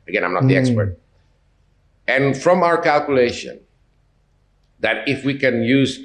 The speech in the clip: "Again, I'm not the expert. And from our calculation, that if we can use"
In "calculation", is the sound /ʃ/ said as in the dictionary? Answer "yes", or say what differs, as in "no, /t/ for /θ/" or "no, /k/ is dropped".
yes